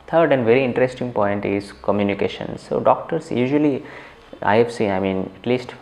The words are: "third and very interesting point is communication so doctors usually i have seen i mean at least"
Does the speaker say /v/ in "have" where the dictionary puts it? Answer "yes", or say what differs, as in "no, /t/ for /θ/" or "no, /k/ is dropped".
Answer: no, /f/ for /v/